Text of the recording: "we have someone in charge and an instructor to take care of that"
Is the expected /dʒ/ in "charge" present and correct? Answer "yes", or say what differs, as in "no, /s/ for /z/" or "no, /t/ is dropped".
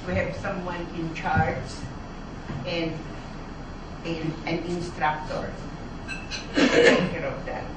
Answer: no, /z/ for /dʒ/